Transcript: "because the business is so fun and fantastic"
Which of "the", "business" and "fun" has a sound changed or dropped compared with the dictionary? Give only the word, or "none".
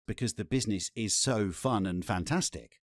none